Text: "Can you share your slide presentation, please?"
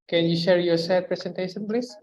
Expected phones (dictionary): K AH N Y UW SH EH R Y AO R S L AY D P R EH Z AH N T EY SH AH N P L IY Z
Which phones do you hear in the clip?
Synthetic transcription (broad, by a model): K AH N Y UW SH EH R Y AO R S AY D P R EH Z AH N T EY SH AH N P L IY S